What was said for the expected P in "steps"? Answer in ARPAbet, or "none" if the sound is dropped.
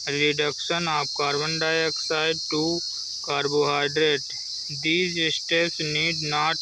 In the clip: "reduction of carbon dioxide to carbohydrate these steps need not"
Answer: none